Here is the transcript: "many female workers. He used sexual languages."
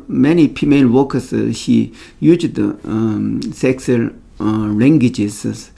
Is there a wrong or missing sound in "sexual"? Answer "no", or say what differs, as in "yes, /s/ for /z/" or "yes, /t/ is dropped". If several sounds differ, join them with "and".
yes, /s/ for /ʃ/